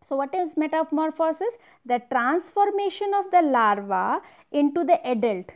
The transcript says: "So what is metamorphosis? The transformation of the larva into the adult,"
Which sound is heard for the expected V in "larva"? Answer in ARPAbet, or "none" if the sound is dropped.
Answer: V